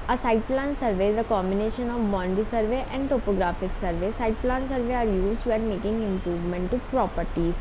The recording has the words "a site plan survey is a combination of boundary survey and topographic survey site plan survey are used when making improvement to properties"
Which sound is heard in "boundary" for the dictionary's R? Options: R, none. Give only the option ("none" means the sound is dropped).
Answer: none